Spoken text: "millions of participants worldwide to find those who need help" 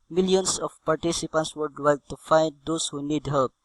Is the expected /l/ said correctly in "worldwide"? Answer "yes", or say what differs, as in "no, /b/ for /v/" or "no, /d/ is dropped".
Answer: no, /l/ is dropped